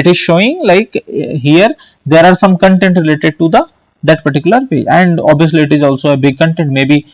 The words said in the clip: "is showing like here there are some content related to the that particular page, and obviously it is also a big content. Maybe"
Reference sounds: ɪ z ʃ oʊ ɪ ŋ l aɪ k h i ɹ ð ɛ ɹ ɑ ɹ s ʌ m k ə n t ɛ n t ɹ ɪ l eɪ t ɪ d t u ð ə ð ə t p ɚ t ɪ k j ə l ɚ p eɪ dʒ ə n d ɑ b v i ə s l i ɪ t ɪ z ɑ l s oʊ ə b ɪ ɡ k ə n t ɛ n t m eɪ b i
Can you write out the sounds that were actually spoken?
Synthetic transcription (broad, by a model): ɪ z ʃ oʊ ɪ ŋ l aɪ k h i ɹ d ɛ ɹ ɑ ɹ s ʌ m k ə n t ɛ n t ɹ ɪ l eɪ t ɪ d t u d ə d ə t p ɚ t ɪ k j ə l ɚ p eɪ ə n d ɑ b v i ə s l i ɪ t ɪ z ɑ l s oʊ ə b ɪ ɡ k ə n t ɛ n t m eɪ b i